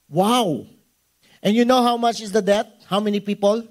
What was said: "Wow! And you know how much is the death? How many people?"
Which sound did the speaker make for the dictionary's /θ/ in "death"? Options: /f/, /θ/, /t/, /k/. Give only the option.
/t/